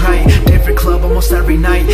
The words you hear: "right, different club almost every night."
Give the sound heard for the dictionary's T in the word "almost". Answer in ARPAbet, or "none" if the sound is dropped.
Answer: T